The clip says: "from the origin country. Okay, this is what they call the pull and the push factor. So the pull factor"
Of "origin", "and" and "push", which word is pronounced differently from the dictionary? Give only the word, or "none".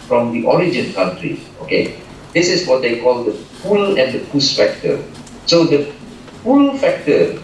push